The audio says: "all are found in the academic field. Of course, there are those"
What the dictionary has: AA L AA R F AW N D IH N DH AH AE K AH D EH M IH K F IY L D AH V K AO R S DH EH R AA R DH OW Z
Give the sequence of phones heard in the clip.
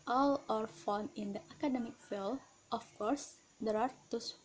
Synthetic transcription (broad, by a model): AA L AA R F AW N IH N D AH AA K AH D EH M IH K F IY L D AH F K AO R S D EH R AA R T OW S